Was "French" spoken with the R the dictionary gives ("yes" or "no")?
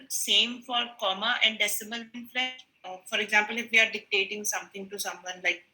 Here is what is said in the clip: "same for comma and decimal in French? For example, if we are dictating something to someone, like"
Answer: no